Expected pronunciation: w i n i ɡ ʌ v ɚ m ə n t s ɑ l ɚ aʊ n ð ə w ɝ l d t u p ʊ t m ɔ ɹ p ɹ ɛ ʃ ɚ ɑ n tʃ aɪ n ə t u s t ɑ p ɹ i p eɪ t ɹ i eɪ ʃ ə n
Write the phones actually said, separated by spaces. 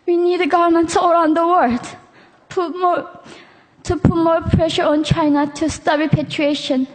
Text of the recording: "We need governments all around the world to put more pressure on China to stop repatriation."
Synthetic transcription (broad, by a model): w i n i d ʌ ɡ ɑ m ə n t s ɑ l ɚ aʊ n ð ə w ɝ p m t u p ʊ t m ɔ ɹ p ɹ ɛ ʃ ɚ ɑ n tʃ aɪ n ə t u s t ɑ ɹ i p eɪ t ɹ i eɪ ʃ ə n